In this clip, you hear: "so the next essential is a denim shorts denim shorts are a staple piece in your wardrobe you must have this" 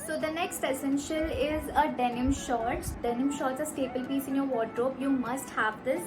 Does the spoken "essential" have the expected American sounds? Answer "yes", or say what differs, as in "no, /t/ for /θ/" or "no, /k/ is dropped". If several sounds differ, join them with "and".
yes